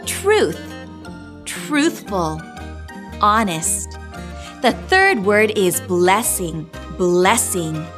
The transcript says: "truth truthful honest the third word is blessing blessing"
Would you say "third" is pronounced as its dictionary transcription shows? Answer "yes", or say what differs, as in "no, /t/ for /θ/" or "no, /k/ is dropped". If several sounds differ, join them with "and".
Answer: yes